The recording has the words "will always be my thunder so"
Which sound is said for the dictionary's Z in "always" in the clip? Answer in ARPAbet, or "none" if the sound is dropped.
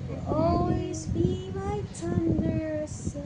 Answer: Z